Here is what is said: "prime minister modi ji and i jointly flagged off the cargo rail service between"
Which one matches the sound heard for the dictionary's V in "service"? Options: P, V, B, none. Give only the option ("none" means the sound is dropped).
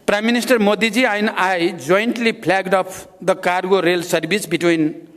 B